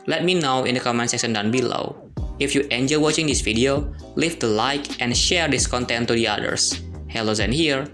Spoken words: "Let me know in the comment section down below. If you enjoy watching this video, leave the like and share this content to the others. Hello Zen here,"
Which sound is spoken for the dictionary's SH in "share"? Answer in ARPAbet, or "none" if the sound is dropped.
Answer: SH